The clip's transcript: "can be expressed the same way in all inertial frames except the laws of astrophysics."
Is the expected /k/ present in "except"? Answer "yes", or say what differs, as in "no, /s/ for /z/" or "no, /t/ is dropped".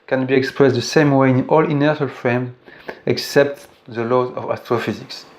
yes